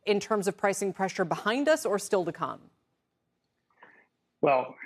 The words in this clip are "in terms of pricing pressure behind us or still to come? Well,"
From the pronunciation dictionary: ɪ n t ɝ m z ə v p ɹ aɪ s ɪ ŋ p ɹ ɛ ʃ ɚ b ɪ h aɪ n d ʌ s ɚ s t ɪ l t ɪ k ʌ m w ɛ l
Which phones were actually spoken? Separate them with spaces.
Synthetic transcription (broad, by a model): ɪ n t ɝ m z ə v p ɹ aɪ s ɪ ŋ p ɹ ɛ ʃ ɚ b ɪ h aɪ n d ʌ s ɚ s t ɪ l t ɪ k ʌ m w ɛ l